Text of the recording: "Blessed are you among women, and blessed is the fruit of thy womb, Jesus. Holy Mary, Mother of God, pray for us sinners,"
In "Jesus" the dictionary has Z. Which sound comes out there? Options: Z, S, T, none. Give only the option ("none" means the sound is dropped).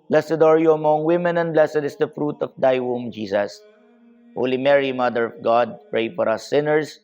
S